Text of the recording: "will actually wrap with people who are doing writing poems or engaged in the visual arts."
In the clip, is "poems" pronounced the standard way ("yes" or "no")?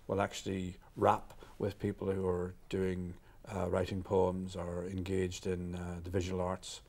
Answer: yes